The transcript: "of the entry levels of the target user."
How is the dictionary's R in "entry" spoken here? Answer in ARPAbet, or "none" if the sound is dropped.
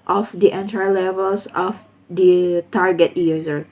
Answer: none